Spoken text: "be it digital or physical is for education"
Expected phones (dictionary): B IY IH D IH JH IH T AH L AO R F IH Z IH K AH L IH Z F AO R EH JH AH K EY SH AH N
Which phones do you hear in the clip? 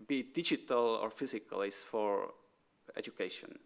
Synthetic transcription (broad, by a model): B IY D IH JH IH T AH L AO R F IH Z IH K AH L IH S F AO R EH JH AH K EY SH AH N